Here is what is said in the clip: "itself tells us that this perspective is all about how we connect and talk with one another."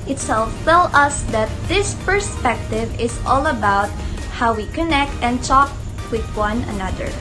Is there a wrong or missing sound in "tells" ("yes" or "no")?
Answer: yes